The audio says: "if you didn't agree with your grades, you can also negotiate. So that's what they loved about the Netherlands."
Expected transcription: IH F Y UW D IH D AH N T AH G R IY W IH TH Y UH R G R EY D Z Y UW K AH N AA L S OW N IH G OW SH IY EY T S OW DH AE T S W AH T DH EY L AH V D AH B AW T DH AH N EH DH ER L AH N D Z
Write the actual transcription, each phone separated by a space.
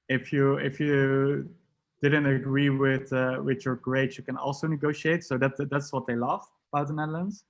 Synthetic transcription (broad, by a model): IH F Y UW D IH D AH N T AH G R IY W IH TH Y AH R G R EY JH Y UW K AH N AA L S OW N IH G OW SH IY EY T S OW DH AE T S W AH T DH EY L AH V AH B AW T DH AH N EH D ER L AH N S